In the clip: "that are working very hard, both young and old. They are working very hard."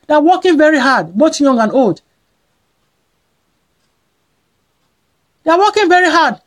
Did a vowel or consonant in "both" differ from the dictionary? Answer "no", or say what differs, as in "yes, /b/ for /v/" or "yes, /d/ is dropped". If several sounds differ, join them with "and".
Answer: yes, /t/ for /θ/